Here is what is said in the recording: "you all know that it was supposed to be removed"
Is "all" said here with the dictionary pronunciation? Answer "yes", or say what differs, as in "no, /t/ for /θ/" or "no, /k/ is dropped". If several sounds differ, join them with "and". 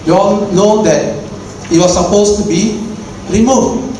no, /n/ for /l/